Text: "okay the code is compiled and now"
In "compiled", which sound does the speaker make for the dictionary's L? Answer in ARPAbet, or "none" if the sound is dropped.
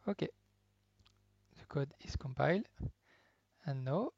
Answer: L